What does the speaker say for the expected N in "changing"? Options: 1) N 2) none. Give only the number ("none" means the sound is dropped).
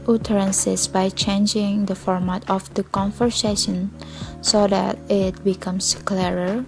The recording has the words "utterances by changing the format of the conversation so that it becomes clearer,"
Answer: 1